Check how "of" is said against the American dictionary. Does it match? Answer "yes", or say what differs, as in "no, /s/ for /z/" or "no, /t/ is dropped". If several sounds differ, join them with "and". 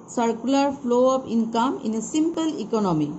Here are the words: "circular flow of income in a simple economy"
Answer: no, /p/ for /v/